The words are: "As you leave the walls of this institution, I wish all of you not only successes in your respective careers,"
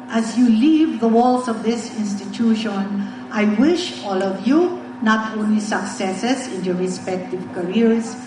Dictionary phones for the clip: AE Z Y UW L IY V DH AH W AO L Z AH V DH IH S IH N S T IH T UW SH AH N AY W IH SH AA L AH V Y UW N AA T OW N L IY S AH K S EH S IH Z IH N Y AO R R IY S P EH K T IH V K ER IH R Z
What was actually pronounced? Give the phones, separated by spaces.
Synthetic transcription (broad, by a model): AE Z Y UW L IY V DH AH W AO L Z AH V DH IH S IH N S T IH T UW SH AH N AY W IH SH AA L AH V Y UW N AA T OW N L IY S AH K S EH S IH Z IH N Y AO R R IY S P EH K T IH V K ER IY R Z